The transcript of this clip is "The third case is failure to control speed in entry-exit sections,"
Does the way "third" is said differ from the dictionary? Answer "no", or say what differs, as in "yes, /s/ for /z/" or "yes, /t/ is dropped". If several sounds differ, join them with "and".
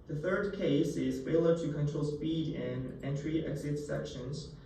no